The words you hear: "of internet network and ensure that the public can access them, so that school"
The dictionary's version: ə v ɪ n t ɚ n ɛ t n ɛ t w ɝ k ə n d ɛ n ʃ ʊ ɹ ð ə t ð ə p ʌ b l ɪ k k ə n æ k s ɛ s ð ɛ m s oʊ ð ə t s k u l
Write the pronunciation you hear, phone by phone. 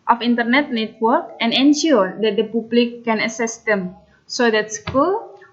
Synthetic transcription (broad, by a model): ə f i n t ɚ n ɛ t n ɛ t w ɝ k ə n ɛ n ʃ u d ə t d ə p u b l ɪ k k ə n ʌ s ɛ s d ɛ m s oʊ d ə t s k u l